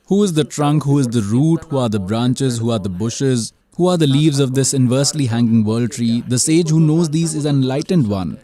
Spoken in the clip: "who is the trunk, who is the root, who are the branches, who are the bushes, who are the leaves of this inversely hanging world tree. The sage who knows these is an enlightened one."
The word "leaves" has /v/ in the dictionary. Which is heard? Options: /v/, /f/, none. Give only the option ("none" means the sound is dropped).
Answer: /v/